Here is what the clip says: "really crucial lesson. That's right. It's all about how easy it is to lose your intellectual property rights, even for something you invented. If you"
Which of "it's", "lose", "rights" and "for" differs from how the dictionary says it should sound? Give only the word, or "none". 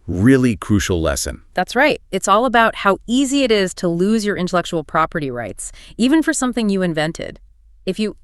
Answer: none